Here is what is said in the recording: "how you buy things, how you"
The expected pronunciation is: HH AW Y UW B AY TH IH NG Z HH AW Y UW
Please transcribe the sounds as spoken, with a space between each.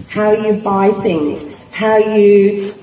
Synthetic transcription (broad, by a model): HH AW Y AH B AY TH IH NG Z HH AW Y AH